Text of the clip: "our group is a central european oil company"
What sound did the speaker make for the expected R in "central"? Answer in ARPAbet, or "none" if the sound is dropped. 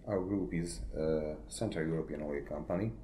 none